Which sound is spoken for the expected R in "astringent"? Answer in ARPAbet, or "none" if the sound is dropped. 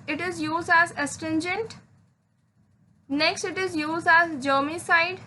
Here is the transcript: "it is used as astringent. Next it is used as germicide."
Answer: none